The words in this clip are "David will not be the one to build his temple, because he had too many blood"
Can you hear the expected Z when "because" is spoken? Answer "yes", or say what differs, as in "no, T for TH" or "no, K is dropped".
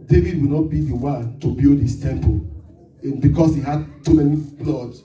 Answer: no, S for Z